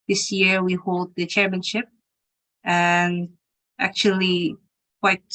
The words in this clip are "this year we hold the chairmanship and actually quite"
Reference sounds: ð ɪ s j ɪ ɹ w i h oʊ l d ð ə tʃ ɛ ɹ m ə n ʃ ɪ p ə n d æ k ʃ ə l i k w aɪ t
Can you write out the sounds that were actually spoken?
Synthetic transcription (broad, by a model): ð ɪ s j ɪ ɹ w i h oʊ l d ð ə tʃ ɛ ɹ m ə n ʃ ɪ p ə n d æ k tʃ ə l i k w aɪ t